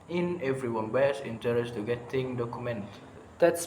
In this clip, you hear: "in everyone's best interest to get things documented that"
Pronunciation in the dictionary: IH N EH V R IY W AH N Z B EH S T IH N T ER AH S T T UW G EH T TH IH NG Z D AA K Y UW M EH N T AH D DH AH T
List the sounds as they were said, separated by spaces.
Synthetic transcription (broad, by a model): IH N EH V R IY W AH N B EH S IH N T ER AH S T T UW G EH T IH NG D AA K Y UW M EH N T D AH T